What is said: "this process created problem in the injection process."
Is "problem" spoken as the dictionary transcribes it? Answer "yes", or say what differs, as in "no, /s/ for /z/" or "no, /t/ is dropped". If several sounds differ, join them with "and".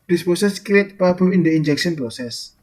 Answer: no, /l/ is dropped and /m/ is dropped